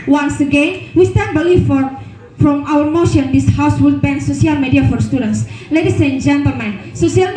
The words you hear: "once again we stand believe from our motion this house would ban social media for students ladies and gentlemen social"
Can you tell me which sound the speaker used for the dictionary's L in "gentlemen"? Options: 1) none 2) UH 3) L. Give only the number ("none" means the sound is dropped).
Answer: 1